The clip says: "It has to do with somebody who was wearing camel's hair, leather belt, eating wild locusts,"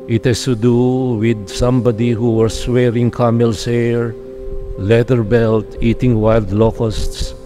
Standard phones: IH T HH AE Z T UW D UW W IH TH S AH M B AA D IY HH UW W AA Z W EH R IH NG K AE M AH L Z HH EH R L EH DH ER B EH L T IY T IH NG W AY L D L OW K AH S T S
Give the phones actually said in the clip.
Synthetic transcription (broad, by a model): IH T HH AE S T UW D UW W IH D S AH M B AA D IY HH UW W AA S W EH R IH NG K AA M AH L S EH R L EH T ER B EH L T IY T IH NG W AY L D L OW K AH S T S